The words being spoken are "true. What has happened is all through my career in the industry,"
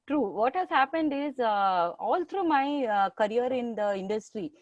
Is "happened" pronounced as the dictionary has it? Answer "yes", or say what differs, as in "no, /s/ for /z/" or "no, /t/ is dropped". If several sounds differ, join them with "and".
yes